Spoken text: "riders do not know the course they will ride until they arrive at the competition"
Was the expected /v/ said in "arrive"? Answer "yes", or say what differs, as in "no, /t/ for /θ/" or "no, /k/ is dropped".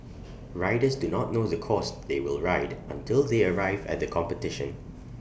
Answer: yes